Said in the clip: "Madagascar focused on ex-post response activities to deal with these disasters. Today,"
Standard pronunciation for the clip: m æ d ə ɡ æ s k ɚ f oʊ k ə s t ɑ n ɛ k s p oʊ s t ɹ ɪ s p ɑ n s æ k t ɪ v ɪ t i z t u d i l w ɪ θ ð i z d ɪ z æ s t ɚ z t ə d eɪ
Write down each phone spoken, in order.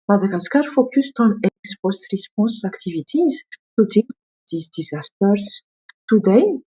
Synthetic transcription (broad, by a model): m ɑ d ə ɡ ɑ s k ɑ f oʊ k ə s t ɑ n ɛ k s p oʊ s t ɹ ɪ s p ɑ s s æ k t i v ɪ t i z t u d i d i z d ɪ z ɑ s t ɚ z t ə d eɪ